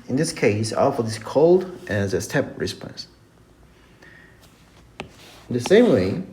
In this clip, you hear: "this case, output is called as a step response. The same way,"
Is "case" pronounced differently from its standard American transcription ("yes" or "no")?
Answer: no